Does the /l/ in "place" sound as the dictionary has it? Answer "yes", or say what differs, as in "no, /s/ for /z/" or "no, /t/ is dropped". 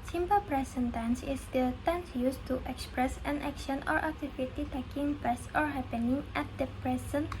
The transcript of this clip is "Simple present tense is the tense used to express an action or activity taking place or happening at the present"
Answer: no, /l/ is dropped